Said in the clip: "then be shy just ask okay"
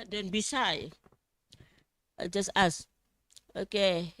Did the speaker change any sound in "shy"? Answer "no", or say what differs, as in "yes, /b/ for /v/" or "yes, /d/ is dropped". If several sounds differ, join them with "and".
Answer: yes, /s/ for /ʃ/